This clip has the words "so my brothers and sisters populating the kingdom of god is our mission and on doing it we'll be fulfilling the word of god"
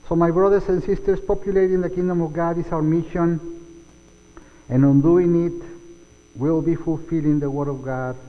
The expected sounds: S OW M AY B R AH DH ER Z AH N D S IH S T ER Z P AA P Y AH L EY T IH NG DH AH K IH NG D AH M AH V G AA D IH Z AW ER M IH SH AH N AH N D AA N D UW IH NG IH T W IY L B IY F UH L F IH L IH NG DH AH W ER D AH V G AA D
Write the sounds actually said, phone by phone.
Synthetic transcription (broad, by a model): S OW M AY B R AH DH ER S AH N S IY S T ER S P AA P Y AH L EY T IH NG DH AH K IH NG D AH M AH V G AA D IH S AW ER M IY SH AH N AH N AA N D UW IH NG IH T W IY L B IY F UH L F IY L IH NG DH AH W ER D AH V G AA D